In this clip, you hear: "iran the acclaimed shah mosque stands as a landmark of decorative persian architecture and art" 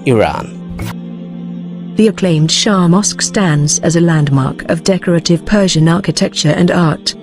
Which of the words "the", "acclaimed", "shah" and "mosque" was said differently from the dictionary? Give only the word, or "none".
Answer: none